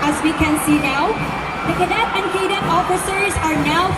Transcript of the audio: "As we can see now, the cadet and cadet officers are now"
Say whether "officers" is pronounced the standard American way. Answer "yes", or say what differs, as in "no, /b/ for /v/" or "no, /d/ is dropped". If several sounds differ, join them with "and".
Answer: yes